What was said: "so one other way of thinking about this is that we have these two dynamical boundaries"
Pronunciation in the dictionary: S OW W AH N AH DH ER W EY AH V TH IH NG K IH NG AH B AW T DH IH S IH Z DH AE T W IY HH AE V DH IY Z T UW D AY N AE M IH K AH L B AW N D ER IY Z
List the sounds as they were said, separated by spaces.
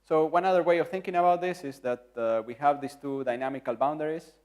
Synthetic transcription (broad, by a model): S OW W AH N AH DH ER W EY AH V TH IH NG K IH NG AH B AW T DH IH S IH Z DH AE T W IY HH AE V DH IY S T UW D AY N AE M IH K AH L B AW N D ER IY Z